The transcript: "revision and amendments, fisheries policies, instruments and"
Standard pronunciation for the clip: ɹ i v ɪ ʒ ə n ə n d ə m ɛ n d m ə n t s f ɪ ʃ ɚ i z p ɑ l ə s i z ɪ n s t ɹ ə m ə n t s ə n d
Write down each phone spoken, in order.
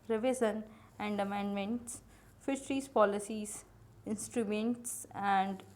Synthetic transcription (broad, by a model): ɹ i v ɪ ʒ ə n ə n d ə m ɛ n d m ə n t s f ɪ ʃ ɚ i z p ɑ l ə s i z ɪ n s t ɹ ə m ə n t s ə n d